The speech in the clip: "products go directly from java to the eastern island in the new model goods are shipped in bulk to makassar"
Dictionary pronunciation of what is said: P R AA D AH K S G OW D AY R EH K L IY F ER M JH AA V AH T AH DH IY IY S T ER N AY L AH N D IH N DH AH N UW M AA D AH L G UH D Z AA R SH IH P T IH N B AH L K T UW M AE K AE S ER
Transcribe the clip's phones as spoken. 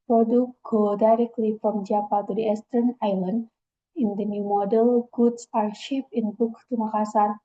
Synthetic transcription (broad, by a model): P R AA D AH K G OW D AY R EH K L IY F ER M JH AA P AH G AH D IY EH S T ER N AY L AH N D IH N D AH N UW M AA D AH L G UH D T AA R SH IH P IH N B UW K T UW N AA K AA S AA